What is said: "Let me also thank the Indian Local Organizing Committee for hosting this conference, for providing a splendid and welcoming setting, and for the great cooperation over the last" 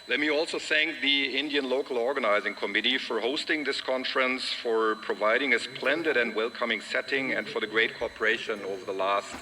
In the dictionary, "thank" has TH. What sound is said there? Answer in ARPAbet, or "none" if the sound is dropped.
TH